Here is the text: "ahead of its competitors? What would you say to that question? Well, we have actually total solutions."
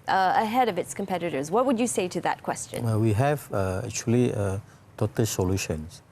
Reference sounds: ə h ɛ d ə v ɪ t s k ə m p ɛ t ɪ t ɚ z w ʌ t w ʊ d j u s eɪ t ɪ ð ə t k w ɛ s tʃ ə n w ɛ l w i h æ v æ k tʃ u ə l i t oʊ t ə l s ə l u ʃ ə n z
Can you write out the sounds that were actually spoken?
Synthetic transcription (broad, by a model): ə h ɛ d ə v ɪ t s k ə m p ɛ t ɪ t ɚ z w ʌ t w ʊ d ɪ s eɪ t ɪ ð ə t k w ɛ s tʃ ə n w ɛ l w i h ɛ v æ k tʃ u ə l i t oʊ t ə l s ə l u ʃ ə n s